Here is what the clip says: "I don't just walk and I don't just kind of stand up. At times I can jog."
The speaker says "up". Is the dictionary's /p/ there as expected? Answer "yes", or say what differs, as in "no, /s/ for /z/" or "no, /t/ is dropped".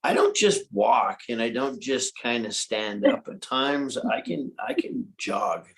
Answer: yes